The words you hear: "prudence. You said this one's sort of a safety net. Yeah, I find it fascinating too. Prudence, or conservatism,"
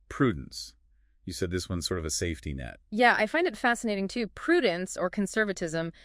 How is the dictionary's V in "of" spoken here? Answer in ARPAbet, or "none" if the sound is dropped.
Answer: V